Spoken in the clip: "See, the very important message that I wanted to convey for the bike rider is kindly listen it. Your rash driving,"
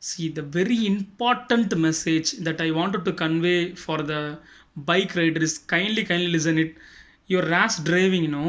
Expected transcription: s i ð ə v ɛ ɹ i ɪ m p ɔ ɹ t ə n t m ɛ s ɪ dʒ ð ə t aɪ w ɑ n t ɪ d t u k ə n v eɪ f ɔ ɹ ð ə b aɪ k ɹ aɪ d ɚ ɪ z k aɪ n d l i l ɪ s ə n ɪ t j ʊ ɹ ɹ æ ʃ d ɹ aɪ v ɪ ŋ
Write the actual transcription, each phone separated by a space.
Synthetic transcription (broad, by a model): s i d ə v ɛ ɹ i ɪ m p ɔ ɹ t ə n t m ɛ s ɪ dʒ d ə t aɪ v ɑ n t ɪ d t u k ə n v eɪ f ɔ ɹ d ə b aɪ k ɹ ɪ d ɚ ɪ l k aɪ n d l i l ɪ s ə n ɪ t j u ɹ ɹ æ s d ɹ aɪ v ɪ ŋ